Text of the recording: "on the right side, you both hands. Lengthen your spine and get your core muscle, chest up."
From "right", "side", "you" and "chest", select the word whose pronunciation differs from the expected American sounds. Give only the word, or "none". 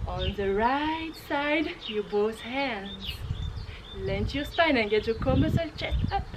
chest